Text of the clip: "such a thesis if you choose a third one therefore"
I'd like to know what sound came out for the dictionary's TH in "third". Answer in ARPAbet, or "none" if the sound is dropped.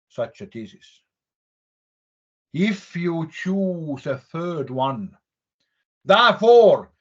TH